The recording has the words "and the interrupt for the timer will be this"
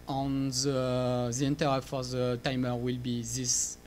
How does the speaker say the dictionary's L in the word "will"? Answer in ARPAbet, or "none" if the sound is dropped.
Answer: L